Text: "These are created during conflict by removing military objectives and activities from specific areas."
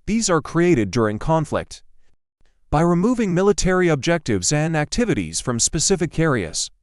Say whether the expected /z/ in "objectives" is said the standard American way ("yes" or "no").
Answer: yes